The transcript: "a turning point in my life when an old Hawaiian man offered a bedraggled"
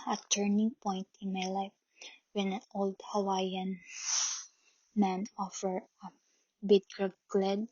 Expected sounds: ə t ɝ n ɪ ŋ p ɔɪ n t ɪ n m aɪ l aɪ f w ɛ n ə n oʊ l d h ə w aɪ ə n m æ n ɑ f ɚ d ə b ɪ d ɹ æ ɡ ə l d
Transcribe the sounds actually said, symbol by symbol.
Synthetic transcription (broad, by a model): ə t ɝ n ɪ ŋ p ɔɪ n t ɪ n m aɪ l aɪ f w ɛ n ə n oʊ l d h ə w aɪ ə n m æ n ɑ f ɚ ə b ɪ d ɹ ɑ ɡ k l d